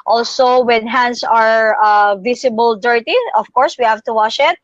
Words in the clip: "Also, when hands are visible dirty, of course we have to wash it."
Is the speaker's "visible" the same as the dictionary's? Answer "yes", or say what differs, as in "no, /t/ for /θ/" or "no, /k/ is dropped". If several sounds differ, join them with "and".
no, /s/ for /z/